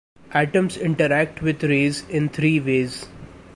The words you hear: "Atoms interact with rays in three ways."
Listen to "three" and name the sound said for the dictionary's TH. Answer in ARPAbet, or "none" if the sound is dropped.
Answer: T